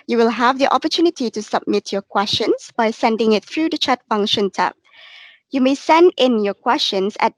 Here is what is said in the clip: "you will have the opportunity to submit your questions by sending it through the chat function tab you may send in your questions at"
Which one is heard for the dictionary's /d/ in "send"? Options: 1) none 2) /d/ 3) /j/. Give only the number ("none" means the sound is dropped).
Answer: 2